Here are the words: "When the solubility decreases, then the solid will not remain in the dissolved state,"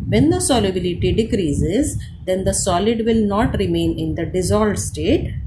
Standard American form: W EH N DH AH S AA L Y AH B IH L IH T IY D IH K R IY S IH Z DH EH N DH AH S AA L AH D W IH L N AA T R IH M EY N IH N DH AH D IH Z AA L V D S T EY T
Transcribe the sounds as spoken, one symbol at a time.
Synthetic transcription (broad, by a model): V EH N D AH S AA L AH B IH L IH T IY D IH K R IY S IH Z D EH N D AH S AA L AH D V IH L N AA T R IH M EY N IH N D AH D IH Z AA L D S T EY T